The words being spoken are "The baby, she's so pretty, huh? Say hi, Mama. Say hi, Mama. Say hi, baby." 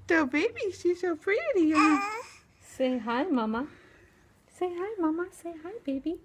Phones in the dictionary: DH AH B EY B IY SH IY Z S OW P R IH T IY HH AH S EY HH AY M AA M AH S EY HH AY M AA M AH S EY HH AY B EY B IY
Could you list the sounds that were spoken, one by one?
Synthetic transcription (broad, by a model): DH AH B EY B IY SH IY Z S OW F R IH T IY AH S EY HH AY M AA M AH S EY HH AY M AA M AH S EY HH AY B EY B IY